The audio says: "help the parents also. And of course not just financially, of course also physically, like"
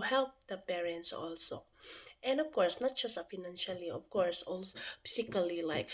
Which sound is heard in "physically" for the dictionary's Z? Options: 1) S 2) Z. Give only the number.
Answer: 1